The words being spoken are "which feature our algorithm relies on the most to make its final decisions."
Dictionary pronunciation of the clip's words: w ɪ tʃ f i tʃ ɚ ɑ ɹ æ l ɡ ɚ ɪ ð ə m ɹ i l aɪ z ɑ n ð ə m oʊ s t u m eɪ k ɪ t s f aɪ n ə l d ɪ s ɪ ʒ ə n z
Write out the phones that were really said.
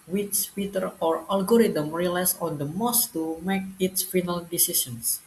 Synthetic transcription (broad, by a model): w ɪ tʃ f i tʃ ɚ ɑ ɹ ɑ l ɡ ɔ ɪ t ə m ɹ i l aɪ s ɑ n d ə m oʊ s t u m eɪ k ɪ t s f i n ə l d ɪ s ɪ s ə n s